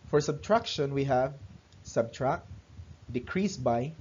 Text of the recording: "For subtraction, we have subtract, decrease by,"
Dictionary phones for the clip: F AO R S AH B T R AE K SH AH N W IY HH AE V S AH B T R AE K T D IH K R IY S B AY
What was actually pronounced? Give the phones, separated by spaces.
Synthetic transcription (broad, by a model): F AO R S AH B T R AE K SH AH N W IY HH AE V S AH B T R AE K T D IH K R IY S B AY